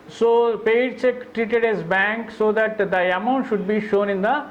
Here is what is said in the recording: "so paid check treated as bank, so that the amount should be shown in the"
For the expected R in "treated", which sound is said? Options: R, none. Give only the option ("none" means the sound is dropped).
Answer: R